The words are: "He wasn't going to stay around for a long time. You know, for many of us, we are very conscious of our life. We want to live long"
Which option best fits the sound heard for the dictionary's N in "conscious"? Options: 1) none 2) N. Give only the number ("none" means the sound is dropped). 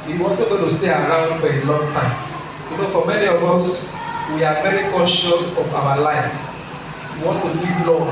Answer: 1